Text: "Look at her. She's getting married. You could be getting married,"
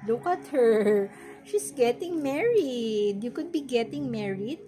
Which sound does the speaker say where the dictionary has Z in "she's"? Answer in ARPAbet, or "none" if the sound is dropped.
S